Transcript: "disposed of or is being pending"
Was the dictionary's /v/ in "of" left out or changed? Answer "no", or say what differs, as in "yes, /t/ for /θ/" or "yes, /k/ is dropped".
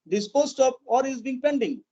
yes, /p/ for /v/